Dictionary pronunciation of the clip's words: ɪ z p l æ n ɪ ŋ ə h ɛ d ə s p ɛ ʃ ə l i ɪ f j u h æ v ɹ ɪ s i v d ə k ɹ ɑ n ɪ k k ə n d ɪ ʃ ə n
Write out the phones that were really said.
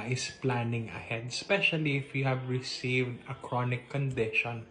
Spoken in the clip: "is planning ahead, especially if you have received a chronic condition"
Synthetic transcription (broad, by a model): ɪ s p l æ n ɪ ŋ ə h ɛ d ə s p ɛ ʃ ə l i ɪ f j u h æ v ɹ ɪ s i v d ə k ɹ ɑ n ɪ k k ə n d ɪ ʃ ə n